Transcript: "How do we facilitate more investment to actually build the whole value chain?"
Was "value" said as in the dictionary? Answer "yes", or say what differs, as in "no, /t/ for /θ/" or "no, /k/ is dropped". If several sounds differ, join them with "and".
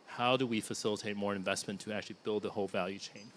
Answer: yes